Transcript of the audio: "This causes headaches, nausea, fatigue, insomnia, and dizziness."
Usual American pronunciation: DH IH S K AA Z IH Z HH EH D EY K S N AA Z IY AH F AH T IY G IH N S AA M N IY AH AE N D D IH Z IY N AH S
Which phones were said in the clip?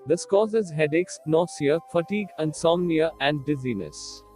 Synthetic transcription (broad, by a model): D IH S K AA Z IH Z HH EH D EY K S N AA S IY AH F AH T IY G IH N S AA M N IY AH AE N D D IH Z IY N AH S